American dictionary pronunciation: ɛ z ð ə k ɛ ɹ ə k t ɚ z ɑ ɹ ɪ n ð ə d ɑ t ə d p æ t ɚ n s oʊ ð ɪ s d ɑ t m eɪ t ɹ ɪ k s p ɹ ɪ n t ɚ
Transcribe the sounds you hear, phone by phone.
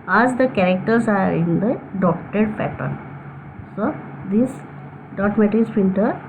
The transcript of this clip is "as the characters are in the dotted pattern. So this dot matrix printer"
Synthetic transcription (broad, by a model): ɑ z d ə k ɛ ɹ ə k t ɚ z ɑ ɹ ɪ n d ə d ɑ t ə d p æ t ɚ n s oʊ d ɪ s d ɑ t m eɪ t ɪ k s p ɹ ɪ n t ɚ